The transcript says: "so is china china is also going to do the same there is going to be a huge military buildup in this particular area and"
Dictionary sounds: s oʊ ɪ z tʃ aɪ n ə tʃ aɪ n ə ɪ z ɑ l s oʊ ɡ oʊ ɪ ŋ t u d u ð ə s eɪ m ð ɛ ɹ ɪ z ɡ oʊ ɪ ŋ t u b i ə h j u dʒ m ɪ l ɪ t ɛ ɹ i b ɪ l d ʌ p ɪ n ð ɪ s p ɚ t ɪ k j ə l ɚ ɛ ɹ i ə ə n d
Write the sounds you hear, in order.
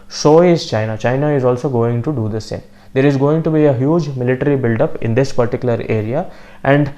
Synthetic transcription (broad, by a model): s oʊ ɪ z tʃ aɪ n ə tʃ aɪ n ə ɪ z ɑ l s oʊ ɡ oʊ ɪ ŋ t u d u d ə s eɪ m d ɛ ɹ ɪ z ɡ oʊ ɪ ŋ t u b i ə h j u dʒ m ɪ l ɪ t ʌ ɹ i b ɪ l d ʌ p ɪ n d ɪ s p ɚ t ɪ k j ə l ɚ ɛ ɹ i ə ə n d